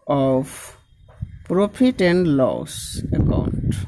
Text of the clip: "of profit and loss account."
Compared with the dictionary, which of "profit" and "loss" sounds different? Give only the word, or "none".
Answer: profit